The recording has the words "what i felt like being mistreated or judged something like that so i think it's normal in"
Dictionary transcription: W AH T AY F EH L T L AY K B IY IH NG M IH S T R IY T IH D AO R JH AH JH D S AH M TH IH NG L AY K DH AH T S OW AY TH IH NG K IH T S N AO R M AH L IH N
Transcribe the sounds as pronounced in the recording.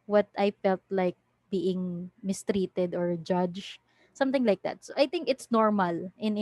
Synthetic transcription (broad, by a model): W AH T AY F EH L T L AY K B IY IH NG M IH S T R IY T IH D AO R JH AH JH S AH M T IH NG L AY K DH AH T S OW AY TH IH NG K IH T S N AO R M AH L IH N